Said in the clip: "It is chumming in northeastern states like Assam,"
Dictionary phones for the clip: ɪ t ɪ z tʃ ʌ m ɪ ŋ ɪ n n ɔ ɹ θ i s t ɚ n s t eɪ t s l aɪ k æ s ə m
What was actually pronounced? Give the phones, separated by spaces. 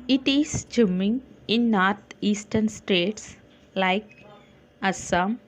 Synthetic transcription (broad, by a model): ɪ t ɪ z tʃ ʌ m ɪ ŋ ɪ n n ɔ ɹ t i s t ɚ n s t eɪ t s l aɪ k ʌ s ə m